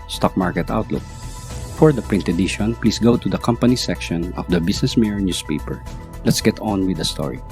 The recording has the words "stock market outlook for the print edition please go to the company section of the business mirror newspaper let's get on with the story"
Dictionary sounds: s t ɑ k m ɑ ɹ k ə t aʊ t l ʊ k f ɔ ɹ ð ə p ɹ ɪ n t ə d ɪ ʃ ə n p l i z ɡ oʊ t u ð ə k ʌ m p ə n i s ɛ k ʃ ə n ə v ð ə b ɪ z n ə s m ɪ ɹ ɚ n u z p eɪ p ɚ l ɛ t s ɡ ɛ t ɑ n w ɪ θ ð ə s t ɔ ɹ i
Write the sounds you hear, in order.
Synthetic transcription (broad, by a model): s t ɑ k m ɑ ɹ k ə t aʊ t l ʊ k f ɔ ɹ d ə p ɹ ɪ n t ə d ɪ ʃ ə n p l i s ɡ oʊ t u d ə k ʌ m p ə n i s ɛ k ʃ ə n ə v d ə b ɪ s n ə s m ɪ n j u s p eɪ p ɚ l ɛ t s ɡ ɛ t ɑ n w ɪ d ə s t ɔ ɹ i